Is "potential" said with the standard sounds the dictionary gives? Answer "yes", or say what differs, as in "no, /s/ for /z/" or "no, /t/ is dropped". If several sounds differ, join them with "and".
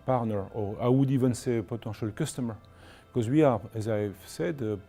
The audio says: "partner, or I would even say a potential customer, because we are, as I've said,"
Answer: no, /n/ is dropped